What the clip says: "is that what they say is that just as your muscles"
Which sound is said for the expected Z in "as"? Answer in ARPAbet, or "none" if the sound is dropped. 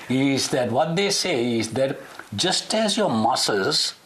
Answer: Z